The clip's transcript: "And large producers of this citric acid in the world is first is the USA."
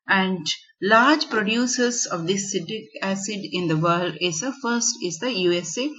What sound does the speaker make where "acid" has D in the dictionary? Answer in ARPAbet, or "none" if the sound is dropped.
D